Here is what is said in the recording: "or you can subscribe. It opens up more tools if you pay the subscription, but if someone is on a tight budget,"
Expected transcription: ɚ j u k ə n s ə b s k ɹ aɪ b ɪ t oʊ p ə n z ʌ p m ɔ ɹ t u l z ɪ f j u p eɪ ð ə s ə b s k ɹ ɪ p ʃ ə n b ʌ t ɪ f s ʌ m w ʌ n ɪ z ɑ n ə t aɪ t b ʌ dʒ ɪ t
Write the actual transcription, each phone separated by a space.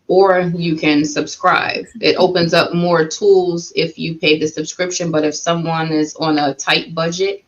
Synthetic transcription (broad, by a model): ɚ j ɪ k ə n s ə b s k ɹ aɪ b ɪ t oʊ p ə n z ʌ p m ɔ ɹ t u l z ɪ f j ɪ p eɪ ð ə s ə b s k ɹ ɪ p ʃ ə n b ʌ t ɪ f s ʌ m w ʌ n ɪ z n ə t aɪ t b ʌ dʒ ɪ t